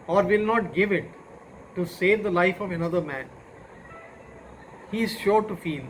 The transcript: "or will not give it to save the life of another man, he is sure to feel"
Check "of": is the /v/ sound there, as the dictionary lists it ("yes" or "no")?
yes